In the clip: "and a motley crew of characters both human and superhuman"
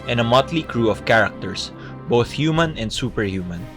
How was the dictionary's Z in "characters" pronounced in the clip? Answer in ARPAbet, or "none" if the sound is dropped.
S